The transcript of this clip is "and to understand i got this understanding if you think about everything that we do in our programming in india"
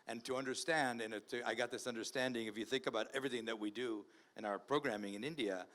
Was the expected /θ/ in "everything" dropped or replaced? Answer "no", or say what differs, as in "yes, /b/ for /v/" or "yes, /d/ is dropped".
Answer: no